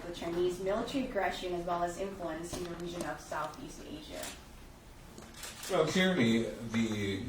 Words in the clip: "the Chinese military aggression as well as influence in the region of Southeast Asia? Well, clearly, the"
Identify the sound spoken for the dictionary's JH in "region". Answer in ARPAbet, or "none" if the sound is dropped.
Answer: ZH